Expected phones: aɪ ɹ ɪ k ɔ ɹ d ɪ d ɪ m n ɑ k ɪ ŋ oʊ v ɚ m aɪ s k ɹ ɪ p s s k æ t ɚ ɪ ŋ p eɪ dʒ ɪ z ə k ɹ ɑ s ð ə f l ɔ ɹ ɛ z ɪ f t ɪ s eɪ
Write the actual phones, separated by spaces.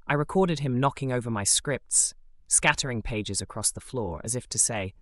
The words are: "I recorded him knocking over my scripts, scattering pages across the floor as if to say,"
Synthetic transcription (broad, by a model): aɪ ɹ ɪ k ɔ ɹ d ɪ d ɪ m n ɑ k ɪ ŋ oʊ v ɚ m aɪ s k ɹ ɪ p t s k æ t ɚ ɪ ŋ p eɪ dʒ ɪ z ə k ɹ ɑ s ð ə f l ɔ ɹ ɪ z ɪ f t ɪ s eɪ